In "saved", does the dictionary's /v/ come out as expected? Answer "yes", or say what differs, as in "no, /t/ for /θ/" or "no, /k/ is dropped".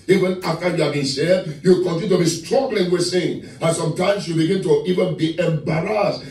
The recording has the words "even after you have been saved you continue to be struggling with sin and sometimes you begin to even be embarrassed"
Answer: no, /v/ is dropped